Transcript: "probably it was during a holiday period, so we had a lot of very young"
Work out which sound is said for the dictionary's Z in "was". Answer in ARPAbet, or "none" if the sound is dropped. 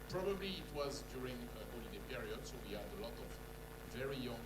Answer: Z